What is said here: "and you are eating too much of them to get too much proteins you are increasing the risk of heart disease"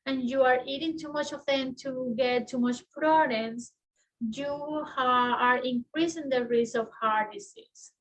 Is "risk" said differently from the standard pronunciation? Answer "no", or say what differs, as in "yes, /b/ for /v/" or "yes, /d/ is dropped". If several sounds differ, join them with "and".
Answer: yes, /k/ is dropped